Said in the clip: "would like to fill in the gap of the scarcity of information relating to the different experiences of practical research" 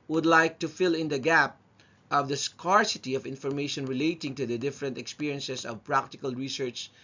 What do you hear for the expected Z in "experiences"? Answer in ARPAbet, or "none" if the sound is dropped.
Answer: S